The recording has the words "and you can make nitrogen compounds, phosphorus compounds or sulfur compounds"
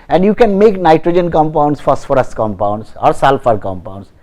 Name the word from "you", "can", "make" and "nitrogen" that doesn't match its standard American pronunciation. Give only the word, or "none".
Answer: none